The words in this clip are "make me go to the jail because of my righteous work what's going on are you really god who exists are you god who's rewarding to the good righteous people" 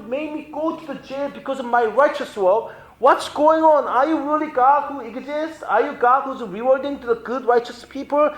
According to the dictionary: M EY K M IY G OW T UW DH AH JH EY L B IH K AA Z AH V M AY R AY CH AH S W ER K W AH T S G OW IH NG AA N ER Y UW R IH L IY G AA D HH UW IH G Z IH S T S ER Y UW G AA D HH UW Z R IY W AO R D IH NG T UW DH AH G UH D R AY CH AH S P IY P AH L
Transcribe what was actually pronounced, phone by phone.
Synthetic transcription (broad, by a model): M EY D M IY G OW T UW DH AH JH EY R B IH K AA Z AH V M AY R AY CH AH S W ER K W AH T S G OW IH NG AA N ER Y UW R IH L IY G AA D HH UW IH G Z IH S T ER Y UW G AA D HH UW Z R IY W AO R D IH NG T UW DH AH G UH D R AY CH AH S P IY P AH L